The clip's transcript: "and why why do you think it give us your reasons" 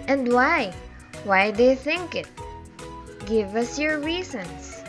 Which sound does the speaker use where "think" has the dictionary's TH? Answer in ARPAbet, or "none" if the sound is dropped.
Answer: TH